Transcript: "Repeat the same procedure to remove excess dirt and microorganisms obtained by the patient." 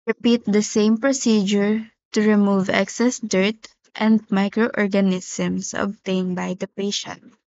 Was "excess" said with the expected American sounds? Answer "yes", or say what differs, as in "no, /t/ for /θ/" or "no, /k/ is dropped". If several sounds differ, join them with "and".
yes